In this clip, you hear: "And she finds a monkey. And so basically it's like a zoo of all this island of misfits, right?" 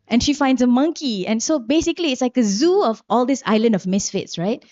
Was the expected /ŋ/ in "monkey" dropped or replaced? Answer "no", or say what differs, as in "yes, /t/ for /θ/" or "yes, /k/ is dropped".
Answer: no